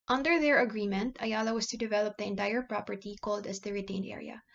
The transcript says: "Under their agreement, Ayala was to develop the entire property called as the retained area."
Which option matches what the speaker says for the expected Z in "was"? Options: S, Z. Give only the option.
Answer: S